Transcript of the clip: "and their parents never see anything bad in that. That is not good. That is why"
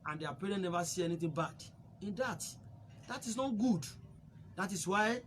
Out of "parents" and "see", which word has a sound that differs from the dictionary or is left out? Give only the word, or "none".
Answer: parents